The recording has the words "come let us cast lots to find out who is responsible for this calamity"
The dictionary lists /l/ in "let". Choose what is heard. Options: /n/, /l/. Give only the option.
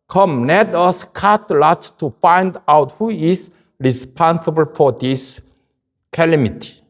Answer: /n/